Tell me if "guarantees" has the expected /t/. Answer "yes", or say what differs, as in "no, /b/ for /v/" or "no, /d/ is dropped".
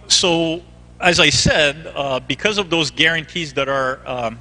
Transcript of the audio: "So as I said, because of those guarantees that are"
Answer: yes